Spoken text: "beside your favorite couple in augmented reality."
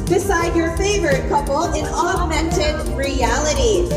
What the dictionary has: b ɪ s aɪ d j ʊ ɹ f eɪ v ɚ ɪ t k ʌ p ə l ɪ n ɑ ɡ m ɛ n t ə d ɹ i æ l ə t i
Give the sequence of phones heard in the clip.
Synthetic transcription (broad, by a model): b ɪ s aɪ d j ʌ ɹ f eɪ v ɚ ɪ t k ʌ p l ɪ n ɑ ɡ m ɛ n t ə d ɹ i æ l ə t i